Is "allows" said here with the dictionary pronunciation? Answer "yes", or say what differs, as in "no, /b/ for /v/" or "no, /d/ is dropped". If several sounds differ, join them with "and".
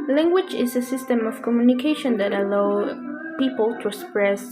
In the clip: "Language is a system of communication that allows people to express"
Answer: no, /z/ is dropped